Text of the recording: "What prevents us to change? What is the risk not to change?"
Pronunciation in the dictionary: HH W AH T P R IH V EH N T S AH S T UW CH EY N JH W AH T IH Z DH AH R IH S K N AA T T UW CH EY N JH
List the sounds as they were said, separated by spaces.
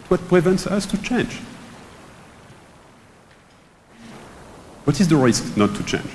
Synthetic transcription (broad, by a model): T W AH T P R IH V EH N T S AH S T UW CH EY N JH W AH T IH Z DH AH R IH S K N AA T T UW CH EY N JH